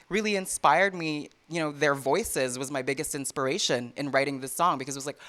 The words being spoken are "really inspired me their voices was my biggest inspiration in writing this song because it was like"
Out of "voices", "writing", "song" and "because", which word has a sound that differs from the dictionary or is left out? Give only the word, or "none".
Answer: none